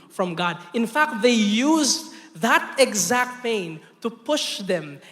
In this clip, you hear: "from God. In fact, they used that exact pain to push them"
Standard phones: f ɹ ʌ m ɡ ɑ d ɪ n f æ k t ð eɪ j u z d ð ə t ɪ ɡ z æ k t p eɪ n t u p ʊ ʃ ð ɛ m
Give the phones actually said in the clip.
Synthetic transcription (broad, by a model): f ɹ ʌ m ɡ ɑ d ɪ n f æ k t ð eɪ j u z ð ə t ɪ ɡ z æ k t p eɪ n t u p ʊ ʃ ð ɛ m